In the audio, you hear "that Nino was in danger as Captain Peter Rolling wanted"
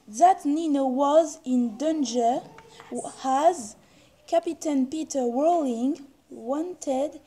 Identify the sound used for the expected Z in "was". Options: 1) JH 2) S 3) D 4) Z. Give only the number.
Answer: 4